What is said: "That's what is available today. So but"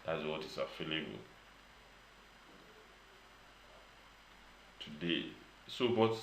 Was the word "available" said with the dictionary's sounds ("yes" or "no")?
no